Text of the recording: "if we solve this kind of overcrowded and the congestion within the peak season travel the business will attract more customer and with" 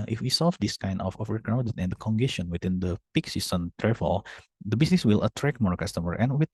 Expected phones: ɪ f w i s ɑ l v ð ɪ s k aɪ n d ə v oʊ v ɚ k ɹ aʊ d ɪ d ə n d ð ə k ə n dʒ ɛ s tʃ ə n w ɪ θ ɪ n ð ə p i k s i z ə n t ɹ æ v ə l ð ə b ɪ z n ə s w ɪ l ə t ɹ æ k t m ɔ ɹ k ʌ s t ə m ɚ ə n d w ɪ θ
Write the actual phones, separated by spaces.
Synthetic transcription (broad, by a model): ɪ f w i s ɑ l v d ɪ s k aɪ n d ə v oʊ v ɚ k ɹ aʊ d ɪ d ə n d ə k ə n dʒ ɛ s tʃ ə n w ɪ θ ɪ n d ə p i k s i s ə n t ɹ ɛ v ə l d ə b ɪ s n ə s w ɪ l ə t ɹ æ k m ɔ ɹ k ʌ s t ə m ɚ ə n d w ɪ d